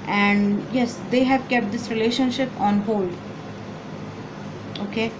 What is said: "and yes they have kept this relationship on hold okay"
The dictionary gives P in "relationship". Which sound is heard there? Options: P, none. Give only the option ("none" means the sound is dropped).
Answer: P